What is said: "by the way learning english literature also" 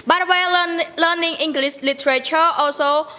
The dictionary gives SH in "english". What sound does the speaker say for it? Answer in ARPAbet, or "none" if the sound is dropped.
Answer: S